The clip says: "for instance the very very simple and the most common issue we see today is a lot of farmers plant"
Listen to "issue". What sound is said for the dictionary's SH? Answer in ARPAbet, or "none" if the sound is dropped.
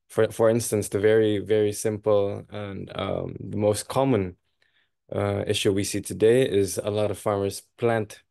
SH